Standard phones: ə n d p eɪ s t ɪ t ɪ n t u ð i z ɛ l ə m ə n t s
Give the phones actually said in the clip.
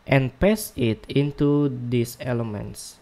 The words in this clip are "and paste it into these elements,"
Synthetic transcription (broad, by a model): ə n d p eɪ s ɪ t ɪ n t u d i s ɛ l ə m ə n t s